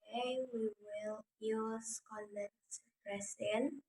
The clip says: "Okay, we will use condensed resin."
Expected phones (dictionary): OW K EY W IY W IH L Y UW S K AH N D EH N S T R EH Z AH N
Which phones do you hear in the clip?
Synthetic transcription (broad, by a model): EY W IY W IH L Y UW S K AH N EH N T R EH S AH N